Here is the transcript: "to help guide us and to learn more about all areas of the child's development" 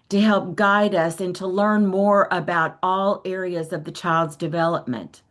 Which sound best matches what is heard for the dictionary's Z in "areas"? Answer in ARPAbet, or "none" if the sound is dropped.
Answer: Z